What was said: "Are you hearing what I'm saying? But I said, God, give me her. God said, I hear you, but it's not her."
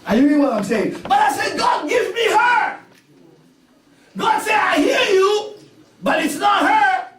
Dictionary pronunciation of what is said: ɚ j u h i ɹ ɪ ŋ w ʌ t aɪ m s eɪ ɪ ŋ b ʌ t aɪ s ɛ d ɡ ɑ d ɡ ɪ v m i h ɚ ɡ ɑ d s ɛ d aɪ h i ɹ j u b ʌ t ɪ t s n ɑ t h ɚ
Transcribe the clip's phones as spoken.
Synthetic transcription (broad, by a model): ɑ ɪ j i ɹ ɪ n w ʌ t aɪ m s eɪ ɪ ŋ b ʌ t aɪ s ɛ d ɡ ɑ d ɡ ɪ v m i h ɚ ɡ ɑ d s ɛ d aɪ h i ɹ j u b ʌ t ɪ t s n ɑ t h ɚ